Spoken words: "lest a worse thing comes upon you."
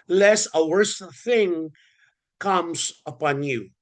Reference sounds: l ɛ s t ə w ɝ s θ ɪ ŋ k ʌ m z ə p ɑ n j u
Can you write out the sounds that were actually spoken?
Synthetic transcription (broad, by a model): l ɛ s ə w ɝ s θ ɪ ŋ k ʌ m z ə p ɑ n j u